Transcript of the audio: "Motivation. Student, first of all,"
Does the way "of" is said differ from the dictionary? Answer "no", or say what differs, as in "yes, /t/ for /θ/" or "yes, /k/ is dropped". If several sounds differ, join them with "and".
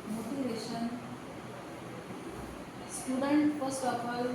yes, /p/ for /v/